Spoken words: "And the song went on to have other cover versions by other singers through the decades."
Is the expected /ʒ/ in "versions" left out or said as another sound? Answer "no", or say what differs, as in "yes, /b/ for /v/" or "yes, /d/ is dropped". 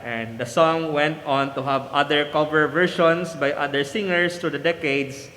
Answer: yes, /ʃ/ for /ʒ/